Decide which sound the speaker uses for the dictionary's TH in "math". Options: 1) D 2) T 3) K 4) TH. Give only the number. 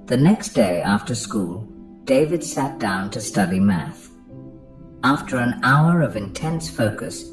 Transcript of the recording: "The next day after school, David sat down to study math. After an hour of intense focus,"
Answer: 4